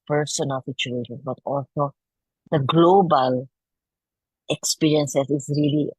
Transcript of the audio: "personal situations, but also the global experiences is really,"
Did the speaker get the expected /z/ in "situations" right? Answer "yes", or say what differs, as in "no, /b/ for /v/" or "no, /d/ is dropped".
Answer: no, /z/ is dropped